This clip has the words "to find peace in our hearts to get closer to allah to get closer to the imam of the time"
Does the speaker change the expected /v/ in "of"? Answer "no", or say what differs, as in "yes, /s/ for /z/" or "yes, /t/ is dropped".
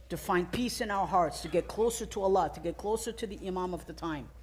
no